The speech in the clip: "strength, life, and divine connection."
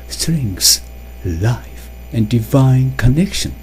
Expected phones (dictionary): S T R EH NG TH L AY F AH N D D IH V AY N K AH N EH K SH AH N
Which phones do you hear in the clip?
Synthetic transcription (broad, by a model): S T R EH NG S L AY F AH N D D IH V AY N K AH N EH K SH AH N